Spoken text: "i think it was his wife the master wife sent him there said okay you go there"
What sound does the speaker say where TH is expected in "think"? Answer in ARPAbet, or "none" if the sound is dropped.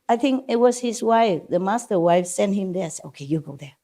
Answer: TH